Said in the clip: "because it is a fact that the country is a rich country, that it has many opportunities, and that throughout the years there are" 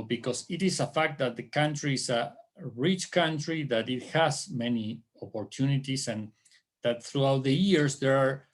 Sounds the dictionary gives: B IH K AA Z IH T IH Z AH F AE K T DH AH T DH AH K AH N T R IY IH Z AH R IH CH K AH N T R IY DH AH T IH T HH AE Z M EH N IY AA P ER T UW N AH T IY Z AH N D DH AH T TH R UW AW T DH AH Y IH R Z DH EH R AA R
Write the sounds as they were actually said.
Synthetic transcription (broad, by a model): B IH K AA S IH T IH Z AH F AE K T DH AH T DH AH K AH N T R IY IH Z AH R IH CH K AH N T R IY DH AH T IH T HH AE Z M EH N IY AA P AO T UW N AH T IY S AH N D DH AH T TH R UW AW T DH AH Y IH R S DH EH R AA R